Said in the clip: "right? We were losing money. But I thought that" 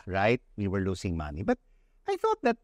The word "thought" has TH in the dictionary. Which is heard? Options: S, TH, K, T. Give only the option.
TH